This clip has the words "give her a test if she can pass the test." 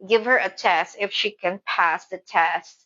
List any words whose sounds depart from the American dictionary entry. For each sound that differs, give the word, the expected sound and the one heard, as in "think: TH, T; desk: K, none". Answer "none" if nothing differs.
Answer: none